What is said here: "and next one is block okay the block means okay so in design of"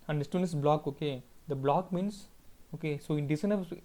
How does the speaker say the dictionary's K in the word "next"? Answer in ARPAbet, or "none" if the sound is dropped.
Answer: none